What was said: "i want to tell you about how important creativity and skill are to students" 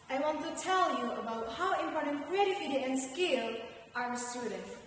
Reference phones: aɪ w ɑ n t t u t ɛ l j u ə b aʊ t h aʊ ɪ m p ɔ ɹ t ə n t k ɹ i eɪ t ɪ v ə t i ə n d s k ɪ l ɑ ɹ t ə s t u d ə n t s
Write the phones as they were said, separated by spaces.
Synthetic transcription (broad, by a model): aɪ w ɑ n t t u t ɛ l j u ə b aʊ t h aʊ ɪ m p ɔ ɹ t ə n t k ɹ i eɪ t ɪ f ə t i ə n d s k ɪ l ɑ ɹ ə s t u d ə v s